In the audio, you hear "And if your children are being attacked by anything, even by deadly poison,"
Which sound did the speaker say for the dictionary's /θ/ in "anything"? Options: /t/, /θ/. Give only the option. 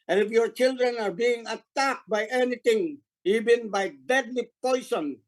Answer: /t/